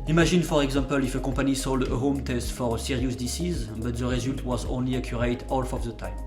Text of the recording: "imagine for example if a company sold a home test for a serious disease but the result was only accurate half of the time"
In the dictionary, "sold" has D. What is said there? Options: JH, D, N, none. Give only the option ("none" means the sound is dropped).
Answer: D